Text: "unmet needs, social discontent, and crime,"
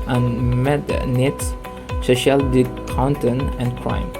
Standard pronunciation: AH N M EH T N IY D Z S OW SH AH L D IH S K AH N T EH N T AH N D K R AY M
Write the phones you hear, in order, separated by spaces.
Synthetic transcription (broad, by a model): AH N M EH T N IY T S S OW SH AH L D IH K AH N T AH N AH N K R AY M